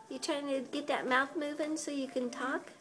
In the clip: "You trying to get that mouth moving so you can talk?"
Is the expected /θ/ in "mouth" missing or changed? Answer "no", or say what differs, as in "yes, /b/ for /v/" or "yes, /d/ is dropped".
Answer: no